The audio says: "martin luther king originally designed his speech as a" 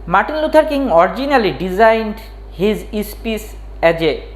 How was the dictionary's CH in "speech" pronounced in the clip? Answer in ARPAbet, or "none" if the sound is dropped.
S